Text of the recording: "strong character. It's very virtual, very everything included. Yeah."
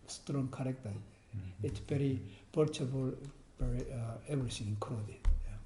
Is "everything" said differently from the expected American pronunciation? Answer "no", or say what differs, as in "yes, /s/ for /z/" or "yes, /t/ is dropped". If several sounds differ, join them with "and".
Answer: yes, /s/ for /θ/